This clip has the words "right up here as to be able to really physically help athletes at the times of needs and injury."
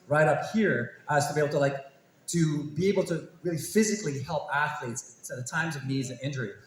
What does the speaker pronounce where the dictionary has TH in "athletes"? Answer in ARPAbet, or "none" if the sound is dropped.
TH